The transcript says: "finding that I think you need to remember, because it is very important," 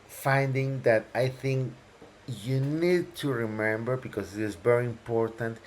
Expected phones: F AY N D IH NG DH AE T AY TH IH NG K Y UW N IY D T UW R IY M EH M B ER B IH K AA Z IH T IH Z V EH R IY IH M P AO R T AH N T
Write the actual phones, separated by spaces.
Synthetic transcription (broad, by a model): F AY N D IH NG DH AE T AY TH IH NG K Y UW N IY D T UW R IY M EH M B ER B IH K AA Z IH T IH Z V EH R IY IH M P AO R T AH N T